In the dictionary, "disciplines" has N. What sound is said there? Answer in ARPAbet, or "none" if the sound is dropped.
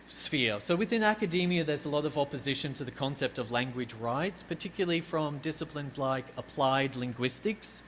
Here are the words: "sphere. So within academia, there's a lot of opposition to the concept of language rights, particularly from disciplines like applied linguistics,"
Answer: N